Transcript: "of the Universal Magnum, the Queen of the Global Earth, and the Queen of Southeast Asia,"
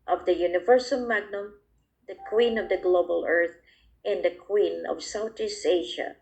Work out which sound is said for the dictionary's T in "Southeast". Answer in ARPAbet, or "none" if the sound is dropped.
none